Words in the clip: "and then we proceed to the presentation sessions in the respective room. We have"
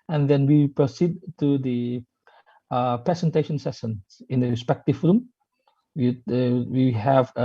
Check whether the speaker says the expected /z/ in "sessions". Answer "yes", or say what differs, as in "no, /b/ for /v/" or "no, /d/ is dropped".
no, /z/ is dropped